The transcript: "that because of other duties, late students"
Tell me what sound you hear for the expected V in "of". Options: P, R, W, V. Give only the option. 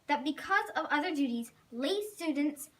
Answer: V